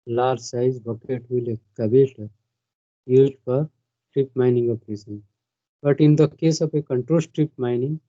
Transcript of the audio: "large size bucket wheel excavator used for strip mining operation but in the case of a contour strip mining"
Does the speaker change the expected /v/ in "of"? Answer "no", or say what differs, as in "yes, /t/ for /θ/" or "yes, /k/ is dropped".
yes, /p/ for /v/